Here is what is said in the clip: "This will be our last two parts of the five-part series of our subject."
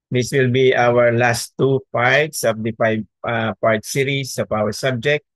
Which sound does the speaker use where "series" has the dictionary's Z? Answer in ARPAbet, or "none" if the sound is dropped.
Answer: S